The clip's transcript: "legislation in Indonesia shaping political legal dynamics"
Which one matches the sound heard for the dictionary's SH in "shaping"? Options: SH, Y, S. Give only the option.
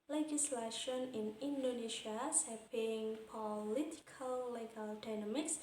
S